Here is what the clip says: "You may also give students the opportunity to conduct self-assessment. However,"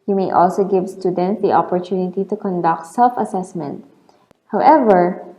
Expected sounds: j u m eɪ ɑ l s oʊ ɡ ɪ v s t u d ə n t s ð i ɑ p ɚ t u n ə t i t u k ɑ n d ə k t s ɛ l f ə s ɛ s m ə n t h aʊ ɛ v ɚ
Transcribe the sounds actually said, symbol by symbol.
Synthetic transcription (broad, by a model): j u m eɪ ɑ l s oʊ ɡ ɪ v s t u d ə n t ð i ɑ p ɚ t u n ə t i t u k ɑ n d ə k t s ɛ l f ə s ɛ s m ə n t h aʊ ɛ v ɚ